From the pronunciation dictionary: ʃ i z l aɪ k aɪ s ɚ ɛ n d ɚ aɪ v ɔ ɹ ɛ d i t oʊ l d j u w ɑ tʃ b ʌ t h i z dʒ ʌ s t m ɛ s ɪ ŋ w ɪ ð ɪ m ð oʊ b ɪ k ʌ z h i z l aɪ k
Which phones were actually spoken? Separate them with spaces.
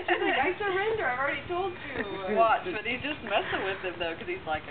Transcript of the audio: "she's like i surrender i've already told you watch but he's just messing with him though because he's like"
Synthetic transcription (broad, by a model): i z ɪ ɪ s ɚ ɛ n d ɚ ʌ ɹ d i t oʊ l d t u w ɑ tʃ b ʌ t h i dʒ ʌ s t m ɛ s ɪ w ɪ ð ɪ m ð oʊ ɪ k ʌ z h i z l aɪ k